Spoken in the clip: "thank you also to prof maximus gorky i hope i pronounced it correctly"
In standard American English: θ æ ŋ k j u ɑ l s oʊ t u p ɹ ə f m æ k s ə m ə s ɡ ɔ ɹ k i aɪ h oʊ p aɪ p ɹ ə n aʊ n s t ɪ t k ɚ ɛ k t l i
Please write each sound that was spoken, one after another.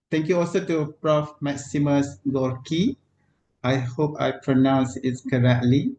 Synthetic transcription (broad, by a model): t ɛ ŋ k j u ɑ l s oʊ t u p ɹ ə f m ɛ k s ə m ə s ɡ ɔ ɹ k i aɪ h oʊ p aɪ p ɹ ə n aʊ n s ɪ t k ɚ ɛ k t l i